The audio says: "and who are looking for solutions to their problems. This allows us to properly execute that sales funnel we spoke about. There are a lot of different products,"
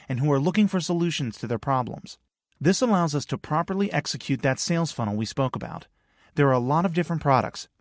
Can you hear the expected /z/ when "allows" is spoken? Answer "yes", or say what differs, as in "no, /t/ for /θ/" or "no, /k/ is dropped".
yes